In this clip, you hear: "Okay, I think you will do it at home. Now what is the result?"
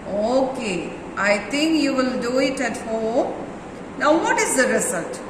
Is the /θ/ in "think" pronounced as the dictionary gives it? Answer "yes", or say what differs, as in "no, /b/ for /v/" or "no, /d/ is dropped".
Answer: no, /t/ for /θ/